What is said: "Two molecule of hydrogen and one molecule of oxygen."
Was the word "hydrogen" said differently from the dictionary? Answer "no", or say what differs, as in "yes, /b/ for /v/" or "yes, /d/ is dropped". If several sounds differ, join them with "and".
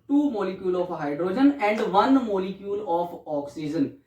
no